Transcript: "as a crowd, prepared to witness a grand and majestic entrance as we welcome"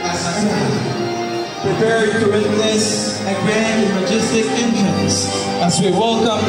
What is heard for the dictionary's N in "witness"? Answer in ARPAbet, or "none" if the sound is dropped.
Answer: L